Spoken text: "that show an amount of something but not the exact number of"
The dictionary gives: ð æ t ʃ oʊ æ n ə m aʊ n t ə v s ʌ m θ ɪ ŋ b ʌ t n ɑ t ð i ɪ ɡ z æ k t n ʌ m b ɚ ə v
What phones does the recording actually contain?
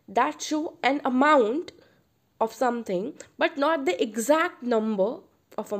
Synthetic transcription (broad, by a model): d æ t ʃ oʊ æ n ə m aʊ n t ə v s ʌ m t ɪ ŋ b ʌ t n ɑ t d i ɪ ɡ z æ k t n ʌ m b ɚ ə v